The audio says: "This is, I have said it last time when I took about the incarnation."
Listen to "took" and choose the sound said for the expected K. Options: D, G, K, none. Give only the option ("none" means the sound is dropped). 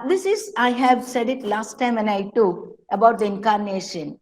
none